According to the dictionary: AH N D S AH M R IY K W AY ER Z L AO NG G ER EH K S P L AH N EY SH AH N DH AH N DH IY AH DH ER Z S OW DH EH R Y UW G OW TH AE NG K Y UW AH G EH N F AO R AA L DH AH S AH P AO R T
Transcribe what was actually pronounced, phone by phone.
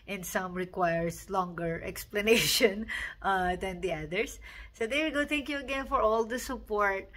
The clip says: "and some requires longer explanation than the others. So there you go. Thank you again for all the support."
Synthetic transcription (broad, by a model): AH N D S AH M R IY K W AY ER S L AO NG G ER EH K S P L AH N EY SH AH N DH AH N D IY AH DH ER S OW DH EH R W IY G OW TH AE NG K Y UW AH G EH N F AO R AA L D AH S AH P AO R T